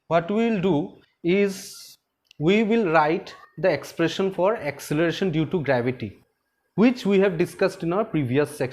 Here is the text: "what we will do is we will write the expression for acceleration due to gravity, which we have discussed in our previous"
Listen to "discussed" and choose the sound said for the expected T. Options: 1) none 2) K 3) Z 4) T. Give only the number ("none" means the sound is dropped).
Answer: 4